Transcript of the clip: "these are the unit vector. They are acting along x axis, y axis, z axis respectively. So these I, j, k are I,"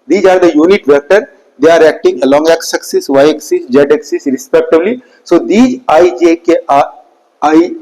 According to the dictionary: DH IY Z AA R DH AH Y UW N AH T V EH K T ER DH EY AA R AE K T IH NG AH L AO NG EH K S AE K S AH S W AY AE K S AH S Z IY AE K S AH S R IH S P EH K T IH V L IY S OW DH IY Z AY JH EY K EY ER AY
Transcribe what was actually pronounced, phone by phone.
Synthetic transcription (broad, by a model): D IY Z AA R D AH Y UW N AH T V EH K T ER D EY AA R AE K T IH NG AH L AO NG EH K S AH K S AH S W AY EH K S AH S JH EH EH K S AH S R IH S P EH K T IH B L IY S OW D IY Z AY JH EY K EY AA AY